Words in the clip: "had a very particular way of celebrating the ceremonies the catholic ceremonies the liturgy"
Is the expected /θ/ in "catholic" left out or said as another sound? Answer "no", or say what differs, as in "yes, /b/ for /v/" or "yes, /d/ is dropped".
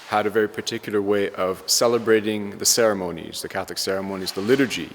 no